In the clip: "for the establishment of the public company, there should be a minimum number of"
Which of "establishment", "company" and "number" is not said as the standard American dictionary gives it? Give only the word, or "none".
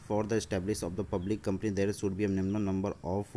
establishment